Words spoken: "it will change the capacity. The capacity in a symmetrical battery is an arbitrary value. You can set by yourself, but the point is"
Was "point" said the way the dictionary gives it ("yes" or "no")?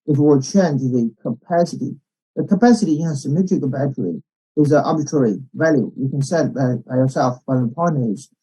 no